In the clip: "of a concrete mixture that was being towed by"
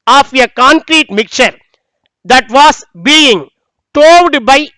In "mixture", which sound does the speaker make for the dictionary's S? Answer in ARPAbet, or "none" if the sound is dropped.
none